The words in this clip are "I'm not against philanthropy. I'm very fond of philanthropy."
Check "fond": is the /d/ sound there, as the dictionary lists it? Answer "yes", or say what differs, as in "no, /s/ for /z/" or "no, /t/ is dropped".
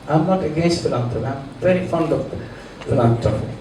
yes